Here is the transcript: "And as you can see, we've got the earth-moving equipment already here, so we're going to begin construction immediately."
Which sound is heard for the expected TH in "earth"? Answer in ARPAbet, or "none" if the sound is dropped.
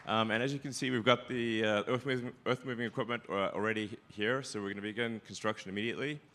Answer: TH